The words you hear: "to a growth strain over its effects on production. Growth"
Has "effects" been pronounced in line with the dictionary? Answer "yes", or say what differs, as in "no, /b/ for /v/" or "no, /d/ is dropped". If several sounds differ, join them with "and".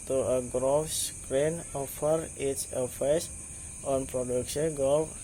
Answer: no, /k/ is dropped